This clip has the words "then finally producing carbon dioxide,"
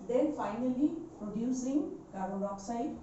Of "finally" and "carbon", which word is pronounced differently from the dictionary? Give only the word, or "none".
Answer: carbon